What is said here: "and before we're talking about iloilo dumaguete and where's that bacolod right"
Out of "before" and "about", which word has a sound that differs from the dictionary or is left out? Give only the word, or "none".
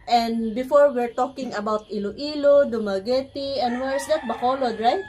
none